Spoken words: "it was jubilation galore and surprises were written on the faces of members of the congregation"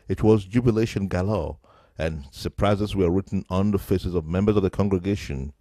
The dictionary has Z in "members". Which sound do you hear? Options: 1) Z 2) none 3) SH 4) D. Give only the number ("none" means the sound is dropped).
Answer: 1